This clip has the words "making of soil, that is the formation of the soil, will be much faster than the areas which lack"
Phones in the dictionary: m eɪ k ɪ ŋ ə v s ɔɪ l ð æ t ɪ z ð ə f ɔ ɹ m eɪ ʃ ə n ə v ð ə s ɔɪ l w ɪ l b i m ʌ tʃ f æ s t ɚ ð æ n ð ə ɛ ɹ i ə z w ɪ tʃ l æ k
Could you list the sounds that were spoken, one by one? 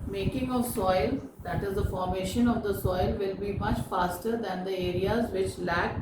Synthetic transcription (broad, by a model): m eɪ k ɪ ŋ ə v s ɔɪ l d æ t ɪ z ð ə f ɔ ɹ m eɪ ʃ ə n ə v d ə s ɔɪ l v ɪ l b i m ʌ tʃ f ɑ s t ɚ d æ n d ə ɛ ɹ i ə z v ɪ tʃ l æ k